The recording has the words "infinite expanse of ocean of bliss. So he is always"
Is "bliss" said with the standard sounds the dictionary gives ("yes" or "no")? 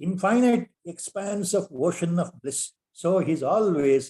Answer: yes